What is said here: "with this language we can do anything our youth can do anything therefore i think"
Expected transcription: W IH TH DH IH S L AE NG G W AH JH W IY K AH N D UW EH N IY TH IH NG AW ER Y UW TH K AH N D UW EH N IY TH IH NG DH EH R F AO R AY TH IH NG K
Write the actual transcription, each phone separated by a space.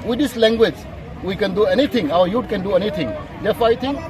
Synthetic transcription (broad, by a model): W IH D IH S L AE NG G W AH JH W IY K AH N D UW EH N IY T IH NG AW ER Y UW T K AH N D UW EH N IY T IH NG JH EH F AY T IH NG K